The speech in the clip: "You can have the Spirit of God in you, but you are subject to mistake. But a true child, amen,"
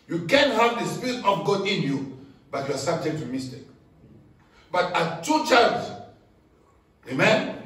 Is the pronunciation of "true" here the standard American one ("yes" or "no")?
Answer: no